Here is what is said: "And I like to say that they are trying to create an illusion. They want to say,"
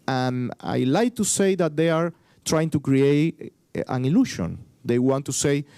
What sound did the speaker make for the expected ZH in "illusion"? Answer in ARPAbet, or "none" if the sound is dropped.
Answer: SH